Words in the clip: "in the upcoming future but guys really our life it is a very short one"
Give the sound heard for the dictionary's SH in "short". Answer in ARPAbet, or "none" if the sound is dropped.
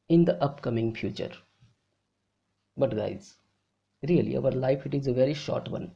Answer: SH